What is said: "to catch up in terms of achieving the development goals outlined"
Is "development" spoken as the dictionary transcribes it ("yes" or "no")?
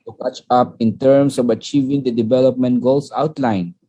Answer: yes